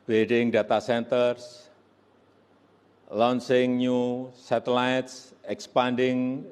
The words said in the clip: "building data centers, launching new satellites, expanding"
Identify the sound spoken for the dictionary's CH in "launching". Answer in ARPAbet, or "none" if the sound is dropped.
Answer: S